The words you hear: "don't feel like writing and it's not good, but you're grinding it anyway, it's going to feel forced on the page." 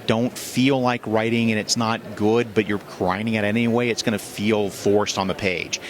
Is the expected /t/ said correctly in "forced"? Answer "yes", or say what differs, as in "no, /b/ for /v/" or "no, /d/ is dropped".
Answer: yes